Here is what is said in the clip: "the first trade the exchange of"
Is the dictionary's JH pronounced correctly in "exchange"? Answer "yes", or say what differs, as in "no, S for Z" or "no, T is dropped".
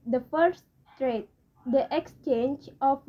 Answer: yes